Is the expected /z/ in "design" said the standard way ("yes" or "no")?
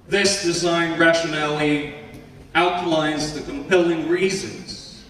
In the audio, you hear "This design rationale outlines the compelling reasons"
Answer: yes